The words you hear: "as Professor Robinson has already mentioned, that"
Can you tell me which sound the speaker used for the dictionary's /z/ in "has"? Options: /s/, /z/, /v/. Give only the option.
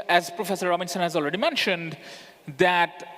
/z/